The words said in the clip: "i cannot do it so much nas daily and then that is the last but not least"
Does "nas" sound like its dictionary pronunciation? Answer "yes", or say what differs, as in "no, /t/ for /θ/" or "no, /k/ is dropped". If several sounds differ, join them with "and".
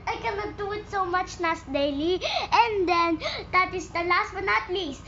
no, /s/ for /z/